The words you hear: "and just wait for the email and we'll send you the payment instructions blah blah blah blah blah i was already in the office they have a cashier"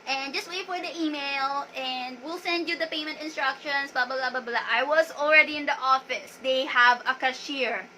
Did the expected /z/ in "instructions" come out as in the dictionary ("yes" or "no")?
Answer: no